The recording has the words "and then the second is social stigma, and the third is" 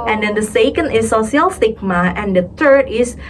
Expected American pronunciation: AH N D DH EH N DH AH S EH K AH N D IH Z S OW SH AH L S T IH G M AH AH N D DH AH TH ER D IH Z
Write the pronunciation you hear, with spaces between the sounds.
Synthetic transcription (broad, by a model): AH N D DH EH N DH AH S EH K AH N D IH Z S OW S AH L S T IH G M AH AH N D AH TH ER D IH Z